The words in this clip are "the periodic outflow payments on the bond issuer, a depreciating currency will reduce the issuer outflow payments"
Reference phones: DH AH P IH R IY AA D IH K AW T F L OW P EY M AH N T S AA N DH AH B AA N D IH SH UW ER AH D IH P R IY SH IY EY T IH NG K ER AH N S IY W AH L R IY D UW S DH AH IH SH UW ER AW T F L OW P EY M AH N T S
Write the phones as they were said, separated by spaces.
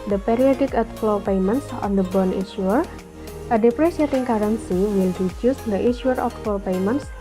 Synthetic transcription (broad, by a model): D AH P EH R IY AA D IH K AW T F L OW P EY M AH N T S AA N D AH B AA N IH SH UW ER AH D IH P R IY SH IY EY T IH NG K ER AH N S IY W AH L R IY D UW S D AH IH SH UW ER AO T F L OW P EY M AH N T S